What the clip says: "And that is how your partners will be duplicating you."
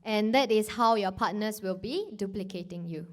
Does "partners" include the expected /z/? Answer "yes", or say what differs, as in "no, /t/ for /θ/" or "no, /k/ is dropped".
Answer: no, /s/ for /z/